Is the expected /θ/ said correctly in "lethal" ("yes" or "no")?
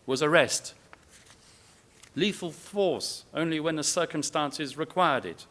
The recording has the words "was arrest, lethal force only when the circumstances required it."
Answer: no